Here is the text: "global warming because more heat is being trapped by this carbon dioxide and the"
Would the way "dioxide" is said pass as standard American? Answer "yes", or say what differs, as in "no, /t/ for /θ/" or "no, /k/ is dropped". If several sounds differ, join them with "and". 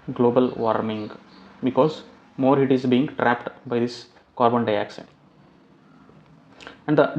no, /ʃ/ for /s/